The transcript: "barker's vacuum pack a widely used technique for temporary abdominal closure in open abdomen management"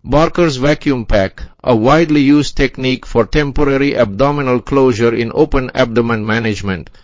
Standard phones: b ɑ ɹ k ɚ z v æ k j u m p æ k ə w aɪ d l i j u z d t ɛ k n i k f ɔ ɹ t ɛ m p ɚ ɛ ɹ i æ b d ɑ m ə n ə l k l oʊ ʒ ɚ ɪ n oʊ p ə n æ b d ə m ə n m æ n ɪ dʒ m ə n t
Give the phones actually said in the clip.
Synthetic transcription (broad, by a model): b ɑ ɹ k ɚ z v æ k j u m p æ k ə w aɪ d l i j u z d t ɛ k n i k f ɔ ɹ t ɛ m p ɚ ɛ ɹ i æ b d ɑ m ə n ə l k l oʊ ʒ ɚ ɪ n oʊ p ə n æ b d ə m ə n m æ n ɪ dʒ m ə n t